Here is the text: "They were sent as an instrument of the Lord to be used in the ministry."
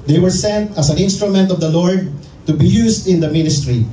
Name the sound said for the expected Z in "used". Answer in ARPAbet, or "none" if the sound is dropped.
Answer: S